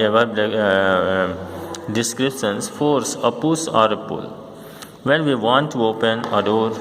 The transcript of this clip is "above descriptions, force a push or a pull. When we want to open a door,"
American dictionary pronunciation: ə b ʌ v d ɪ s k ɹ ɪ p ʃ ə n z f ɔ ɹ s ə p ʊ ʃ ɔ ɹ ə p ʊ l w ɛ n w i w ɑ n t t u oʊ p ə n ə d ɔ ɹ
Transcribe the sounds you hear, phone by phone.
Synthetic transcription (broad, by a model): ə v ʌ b d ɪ s k ɹ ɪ p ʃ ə n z f ɔ ɹ s ə p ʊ s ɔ ɹ ə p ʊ l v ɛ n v i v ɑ n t t u oʊ p ə n ə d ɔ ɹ